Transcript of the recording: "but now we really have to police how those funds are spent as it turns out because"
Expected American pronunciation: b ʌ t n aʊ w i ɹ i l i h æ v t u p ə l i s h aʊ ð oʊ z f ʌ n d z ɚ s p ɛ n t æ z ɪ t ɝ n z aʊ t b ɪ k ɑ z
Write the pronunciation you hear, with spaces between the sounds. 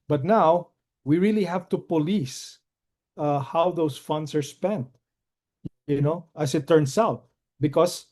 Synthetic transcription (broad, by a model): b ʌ t n aʊ w i ɹ i l i h æ v t u p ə l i s h aʊ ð oʊ s f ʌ n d s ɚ s p ɛ n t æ s ɪ t ɝ n s aʊ t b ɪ k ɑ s